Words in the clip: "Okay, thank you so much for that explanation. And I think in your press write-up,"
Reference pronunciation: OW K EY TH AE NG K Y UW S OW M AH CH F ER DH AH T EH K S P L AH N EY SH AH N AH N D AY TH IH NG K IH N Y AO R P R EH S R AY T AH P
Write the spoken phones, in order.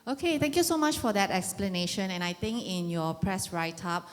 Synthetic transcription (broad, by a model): OW K EY T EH NG K Y UW S OW M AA CH F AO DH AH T EH K S P L AH N EY SH AH N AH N AY T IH NG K IH N Y AO P R EH S R AY T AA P